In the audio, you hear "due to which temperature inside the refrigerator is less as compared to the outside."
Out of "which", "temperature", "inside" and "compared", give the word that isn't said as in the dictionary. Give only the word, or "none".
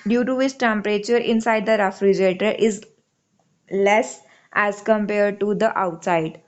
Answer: which